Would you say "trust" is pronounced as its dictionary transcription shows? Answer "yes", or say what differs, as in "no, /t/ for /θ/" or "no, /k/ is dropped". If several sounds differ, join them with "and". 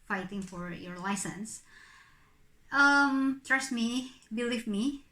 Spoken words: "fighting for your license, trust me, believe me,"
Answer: yes